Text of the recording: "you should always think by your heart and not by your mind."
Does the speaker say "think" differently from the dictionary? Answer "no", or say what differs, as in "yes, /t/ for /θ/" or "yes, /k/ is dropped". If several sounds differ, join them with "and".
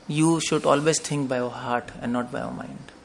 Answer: yes, /t/ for /θ/